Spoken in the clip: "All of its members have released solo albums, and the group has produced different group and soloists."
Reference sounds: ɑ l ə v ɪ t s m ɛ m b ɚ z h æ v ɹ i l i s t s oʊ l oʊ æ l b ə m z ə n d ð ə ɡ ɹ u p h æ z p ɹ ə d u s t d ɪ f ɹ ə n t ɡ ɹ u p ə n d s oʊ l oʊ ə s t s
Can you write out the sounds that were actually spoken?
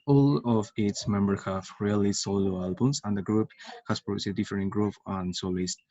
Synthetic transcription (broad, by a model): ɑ l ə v ɪ t s m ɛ m b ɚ h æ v ɹ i l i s s oʊ l oʊ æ l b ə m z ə n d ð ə ɡ ɹ u p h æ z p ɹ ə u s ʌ d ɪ f ɹ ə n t ɡ ɹ u p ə n s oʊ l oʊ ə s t